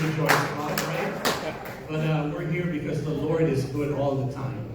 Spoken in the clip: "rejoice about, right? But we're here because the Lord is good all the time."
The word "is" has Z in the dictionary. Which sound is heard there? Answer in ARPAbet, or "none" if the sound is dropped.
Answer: Z